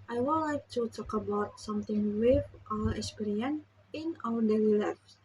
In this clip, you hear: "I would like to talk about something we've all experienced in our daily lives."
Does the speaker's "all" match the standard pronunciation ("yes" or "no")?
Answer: no